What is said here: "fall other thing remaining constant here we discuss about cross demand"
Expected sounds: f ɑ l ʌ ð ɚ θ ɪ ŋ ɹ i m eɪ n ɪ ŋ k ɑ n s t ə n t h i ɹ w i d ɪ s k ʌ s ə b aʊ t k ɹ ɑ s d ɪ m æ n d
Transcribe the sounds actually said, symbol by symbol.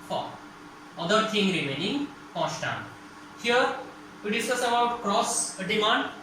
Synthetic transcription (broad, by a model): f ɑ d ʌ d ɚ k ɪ ŋ ɹ i m eɪ n ɪ ŋ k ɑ s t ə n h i ɹ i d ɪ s ʌ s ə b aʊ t k ɹ ɑ s d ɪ m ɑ n d